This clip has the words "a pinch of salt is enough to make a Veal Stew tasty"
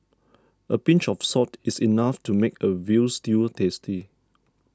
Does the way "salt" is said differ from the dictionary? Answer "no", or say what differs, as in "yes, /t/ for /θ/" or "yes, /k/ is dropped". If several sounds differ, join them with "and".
yes, /l/ is dropped